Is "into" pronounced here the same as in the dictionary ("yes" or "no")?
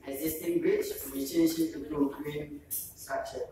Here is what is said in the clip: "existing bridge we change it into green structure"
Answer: no